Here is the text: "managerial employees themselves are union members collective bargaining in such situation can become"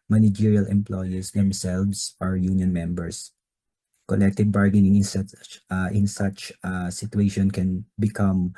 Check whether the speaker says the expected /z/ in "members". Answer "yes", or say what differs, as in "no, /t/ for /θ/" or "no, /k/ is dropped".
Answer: no, /s/ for /z/